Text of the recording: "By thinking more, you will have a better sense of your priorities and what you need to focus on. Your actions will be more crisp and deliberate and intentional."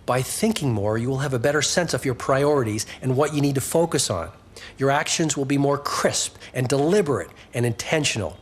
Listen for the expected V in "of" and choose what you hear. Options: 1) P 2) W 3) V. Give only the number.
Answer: 3